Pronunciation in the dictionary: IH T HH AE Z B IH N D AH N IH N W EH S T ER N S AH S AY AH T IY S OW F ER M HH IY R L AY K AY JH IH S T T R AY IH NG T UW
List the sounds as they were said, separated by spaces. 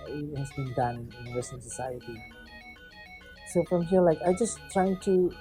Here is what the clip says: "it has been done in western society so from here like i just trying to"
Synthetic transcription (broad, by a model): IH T HH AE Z B IH N D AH N IH N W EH S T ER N S AH S AY AH T IY S OW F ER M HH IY L AY K AY JH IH S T T R AY IH NG T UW